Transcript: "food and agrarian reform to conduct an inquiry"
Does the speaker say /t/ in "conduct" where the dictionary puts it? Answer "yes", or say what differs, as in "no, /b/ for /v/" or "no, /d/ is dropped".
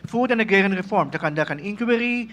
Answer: no, /t/ is dropped